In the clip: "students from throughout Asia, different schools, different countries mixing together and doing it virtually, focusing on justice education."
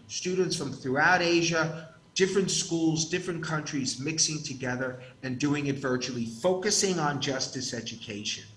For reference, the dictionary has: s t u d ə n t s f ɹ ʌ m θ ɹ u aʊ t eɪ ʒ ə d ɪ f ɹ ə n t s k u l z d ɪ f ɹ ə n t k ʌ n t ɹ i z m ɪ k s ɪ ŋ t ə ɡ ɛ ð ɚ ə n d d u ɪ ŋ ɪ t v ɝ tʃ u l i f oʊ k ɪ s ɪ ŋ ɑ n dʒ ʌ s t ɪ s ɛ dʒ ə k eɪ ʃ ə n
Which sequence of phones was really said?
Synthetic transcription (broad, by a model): s t u d n t s f ɹ ʌ m θ ɹ u aʊ t eɪ ʒ ə d ɪ f ɹ ə n t s k u l z d ɪ f ɹ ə n k ʌ n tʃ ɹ i z m ɪ k s ɪ ŋ t ə ɡ ɛ ð ɚ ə n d d u ɪ ŋ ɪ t v ɝ tʃ u l i f oʊ k ɪ s ɪ ŋ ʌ n dʒ ʌ s t ɪ s ɛ dʒ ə k eɪ ʃ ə n